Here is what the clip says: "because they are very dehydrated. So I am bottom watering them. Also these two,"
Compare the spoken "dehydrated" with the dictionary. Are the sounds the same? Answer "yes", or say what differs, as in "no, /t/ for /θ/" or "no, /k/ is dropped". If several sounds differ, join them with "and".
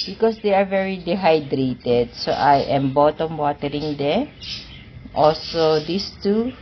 yes